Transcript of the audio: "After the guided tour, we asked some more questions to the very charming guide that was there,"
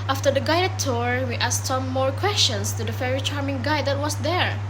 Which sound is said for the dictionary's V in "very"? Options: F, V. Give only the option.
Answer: F